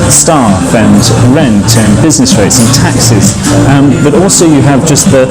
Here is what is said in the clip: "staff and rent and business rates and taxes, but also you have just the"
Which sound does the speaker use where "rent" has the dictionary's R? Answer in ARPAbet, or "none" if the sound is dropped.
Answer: R